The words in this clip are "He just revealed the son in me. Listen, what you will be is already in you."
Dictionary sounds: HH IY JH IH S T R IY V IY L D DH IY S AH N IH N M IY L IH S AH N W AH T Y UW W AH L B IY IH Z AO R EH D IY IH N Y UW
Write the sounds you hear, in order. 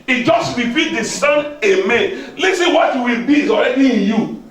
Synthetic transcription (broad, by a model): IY JH IH S T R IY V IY D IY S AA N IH M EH L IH S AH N W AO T Y UW W AH L B IY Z AO R EH D IY IH N Y UW